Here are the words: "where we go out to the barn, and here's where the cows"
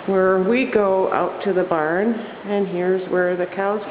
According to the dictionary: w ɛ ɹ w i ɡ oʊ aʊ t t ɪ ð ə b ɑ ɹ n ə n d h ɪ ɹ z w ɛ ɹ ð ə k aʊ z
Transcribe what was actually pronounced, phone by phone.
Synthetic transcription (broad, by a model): w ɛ ɹ w i ɡ oʊ aʊ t t ɪ ð ə b ɑ ɹ n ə n h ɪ ɹ z w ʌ ɹ ð ə k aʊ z